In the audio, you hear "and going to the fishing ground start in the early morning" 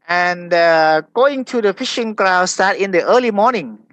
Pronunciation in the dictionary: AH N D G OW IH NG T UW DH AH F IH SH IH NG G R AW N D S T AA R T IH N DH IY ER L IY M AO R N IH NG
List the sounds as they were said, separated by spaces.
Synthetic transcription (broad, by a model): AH N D G OW IH NG T UW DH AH F IH SH IH NG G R AW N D S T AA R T IH N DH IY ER L IY M AO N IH NG